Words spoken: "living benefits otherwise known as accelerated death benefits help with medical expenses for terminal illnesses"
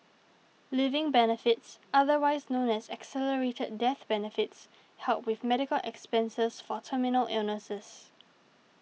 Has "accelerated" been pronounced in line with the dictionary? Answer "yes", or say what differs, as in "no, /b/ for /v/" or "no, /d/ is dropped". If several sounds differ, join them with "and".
yes